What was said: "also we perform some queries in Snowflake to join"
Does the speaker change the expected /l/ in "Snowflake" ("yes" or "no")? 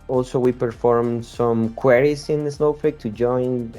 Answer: yes